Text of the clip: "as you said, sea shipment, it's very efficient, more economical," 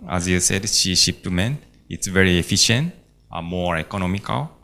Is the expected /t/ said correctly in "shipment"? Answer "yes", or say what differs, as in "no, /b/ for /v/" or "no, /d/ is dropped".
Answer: no, /t/ is dropped